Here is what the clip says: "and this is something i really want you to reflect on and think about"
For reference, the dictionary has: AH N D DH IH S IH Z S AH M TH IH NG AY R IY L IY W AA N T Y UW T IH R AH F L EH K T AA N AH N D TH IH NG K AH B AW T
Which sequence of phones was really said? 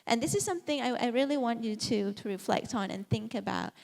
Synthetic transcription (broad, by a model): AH N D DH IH S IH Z S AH M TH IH NG AY R IY L IY W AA N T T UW T IH R AH F L EH K T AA N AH N TH IH NG K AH B AW T